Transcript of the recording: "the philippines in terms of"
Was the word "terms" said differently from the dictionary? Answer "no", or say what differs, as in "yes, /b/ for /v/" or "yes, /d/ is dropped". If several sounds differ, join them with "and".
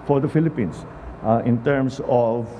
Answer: yes, /s/ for /z/